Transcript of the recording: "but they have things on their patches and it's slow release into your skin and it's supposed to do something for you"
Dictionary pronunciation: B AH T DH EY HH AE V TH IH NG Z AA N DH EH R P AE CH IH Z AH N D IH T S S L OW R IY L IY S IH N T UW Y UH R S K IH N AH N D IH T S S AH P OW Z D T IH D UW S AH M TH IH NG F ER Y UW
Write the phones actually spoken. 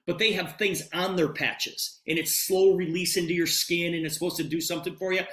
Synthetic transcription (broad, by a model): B AH T DH EY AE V TH IH NG Z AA N DH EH R P AE CH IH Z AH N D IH T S S L OW R IY L IY S IH N T UW Y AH R S K IH N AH N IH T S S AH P OW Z T IH D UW S AH M TH IH NG F ER Y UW